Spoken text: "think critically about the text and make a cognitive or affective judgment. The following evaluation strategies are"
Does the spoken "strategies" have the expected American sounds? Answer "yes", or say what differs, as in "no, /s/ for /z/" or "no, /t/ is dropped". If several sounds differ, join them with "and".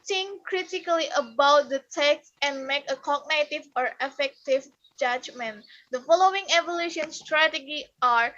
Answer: no, /z/ is dropped